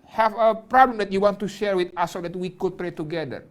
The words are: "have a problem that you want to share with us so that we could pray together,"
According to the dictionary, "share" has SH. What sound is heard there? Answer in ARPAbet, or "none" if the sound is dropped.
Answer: SH